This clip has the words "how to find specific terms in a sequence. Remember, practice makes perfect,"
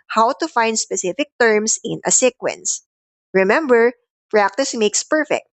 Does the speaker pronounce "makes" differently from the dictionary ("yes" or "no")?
no